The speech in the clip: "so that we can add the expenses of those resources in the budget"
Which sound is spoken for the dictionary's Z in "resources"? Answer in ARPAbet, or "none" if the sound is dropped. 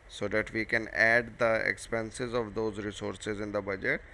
Z